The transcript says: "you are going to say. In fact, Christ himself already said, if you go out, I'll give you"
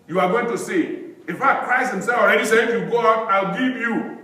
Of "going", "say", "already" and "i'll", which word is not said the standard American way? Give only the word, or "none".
none